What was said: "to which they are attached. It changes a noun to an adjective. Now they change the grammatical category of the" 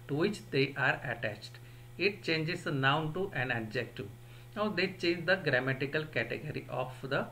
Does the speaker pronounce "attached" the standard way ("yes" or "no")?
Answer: yes